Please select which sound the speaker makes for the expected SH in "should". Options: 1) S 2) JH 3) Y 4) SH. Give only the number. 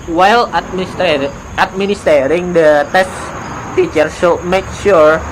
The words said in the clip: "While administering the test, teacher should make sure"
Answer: 1